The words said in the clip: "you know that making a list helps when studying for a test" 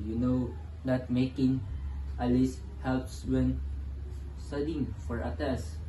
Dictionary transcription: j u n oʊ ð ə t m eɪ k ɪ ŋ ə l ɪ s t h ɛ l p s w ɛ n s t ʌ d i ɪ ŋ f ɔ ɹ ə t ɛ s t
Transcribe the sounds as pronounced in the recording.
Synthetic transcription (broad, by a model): j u n oʊ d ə t m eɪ k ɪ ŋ ə l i s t h ɛ l p s w ɛ n s t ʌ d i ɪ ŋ f ɔ ɹ ə t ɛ s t